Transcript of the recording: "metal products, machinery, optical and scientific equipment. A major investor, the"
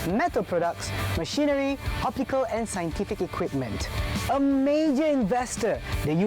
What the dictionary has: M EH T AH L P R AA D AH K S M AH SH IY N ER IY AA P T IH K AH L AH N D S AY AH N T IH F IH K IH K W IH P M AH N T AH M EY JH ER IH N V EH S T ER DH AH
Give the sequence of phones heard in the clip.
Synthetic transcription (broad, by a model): M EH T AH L P R AA D AH K S M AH SH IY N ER IY AA P T IH K AH L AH N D S AY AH N T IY F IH K IH K W IH P M AH N T AH M EY JH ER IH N V EH S T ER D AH